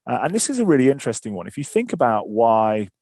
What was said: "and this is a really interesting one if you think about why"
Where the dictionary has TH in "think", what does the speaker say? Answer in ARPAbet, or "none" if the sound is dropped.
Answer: TH